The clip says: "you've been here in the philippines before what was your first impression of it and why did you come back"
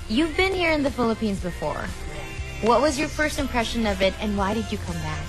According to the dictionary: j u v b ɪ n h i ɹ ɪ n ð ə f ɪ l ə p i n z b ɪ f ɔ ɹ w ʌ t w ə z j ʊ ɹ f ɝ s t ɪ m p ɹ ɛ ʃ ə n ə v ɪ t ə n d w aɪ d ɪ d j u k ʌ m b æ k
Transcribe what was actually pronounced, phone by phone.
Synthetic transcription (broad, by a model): j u v b ɪ n h i ɹ ɪ n ð ə f ɪ l ə p i n z b ɪ f ɔ ɹ w ʌ t w ə z j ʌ ɹ f ɝ s t ɪ m p ɹ ɛ ʃ ə n ə v ɪ t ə n w aɪ d ɪ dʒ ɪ k ʌ m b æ